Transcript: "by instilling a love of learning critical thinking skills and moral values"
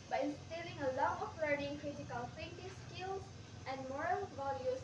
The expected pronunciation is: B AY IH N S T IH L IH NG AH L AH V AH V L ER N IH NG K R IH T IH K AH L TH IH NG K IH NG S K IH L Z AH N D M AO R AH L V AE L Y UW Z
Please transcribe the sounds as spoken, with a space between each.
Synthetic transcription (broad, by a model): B AY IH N S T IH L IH NG AH L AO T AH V L ER N IH NG K R IH T IH K AH L F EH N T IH S K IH L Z AH N D M AO R AH L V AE L Y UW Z